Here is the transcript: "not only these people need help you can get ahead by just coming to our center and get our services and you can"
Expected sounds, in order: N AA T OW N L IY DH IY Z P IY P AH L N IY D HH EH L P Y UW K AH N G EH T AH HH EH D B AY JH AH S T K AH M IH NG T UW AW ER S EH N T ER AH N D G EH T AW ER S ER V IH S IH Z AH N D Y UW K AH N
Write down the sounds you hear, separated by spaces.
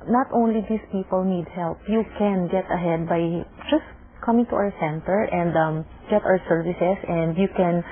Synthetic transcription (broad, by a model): N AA T OW N L IY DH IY S P IY P AH L N IY D HH EH L P Y UW K AH N G EH T AH HH EH D B AY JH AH S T K AH M IH NG T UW AW ER S EH N T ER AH N D G EH T AW ER S ER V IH S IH S AH N D Y UW K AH N